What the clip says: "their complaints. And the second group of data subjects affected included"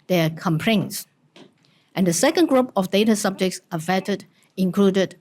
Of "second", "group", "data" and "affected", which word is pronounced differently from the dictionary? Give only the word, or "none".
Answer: affected